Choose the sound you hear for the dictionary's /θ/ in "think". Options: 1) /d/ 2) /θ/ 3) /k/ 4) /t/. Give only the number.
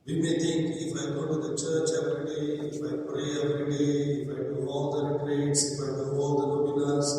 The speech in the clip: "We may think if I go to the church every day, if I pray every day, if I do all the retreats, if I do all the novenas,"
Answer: 4